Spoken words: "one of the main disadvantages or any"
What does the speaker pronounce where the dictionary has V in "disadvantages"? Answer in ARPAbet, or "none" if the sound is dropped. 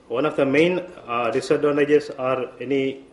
none